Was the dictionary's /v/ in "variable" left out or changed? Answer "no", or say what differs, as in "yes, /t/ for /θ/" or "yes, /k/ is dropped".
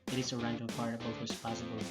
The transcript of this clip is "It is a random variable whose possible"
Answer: yes, /p/ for /v/